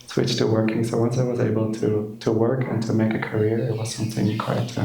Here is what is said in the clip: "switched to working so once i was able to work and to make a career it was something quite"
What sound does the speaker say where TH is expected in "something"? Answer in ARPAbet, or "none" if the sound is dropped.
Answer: TH